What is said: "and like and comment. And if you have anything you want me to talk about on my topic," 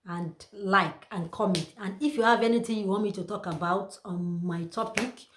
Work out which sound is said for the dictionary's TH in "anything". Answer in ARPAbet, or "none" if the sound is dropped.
T